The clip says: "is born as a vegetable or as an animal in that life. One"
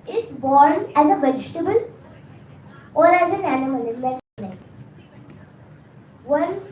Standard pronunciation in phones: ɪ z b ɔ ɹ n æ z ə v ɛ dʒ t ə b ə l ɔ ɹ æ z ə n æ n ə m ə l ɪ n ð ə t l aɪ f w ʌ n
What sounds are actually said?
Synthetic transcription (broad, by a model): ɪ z b ɔ ɹ n æ z ə b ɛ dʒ t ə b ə l ɔ ɹ æ z ə n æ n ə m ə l ɪ n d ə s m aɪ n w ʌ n